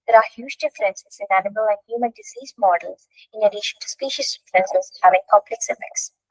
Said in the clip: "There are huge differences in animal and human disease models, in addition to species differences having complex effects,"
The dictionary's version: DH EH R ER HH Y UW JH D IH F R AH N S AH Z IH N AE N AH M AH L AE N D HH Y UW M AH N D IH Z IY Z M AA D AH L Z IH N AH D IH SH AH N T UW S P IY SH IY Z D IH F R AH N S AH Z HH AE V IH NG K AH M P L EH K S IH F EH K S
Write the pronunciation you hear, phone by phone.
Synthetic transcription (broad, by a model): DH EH R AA HH Y UW JH D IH F R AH N S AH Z IH N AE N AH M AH L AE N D HH Y UW M AH N D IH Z IY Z M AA D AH L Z IH N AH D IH SH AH N T UW S P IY SH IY S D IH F R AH N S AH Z HH AE V IH NG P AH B L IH K S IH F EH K S